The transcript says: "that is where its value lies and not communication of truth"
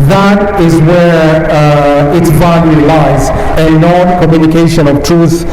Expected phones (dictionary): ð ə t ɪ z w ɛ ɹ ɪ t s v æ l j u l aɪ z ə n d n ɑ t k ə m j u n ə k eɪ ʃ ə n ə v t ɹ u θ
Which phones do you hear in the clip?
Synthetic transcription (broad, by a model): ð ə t ɪ z w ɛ ɹ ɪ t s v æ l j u l aɪ z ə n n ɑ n k ə m j u n ə k eɪ ʃ ə n ə v t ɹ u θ